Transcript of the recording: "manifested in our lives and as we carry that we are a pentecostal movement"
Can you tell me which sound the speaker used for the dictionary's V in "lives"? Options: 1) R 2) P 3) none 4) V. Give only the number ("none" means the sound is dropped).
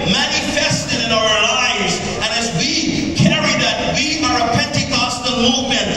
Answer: 4